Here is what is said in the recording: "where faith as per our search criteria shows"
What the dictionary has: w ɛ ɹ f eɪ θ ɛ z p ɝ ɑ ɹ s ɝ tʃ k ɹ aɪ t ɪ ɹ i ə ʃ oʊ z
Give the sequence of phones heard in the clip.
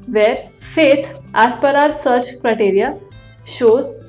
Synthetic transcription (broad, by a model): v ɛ ɹ f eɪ t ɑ s p ɝ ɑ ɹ s ɝ tʃ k ɹ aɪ t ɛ ɹ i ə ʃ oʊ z